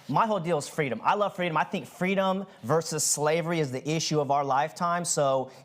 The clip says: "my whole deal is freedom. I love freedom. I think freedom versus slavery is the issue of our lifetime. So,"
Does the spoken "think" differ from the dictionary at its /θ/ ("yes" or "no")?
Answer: no